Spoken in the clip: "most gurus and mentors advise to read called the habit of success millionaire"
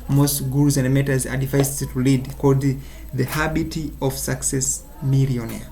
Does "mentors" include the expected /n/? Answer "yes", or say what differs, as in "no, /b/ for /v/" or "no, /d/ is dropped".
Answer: no, /n/ is dropped